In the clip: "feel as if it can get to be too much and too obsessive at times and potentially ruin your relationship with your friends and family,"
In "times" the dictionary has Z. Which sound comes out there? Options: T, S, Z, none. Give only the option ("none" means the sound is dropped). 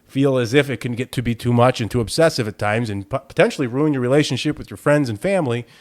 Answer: Z